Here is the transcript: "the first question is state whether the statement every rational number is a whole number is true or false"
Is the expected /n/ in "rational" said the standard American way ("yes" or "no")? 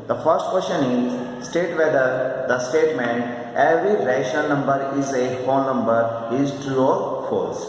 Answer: no